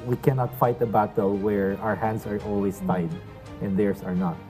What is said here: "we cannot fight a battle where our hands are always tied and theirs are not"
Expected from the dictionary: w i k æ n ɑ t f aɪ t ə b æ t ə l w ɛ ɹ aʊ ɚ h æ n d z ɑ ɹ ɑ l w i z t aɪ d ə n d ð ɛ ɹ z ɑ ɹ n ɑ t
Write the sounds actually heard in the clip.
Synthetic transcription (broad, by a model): w i k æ n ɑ t f aɪ t ə b æ t ə l w ɛ ɹ aʊ ɚ h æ n d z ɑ ɹ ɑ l w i s t aɪ d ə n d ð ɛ ɹ s ɑ ɹ n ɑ t